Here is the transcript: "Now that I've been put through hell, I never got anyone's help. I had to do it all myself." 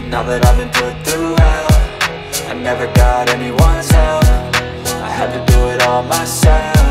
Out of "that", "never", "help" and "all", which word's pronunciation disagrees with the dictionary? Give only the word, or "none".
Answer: help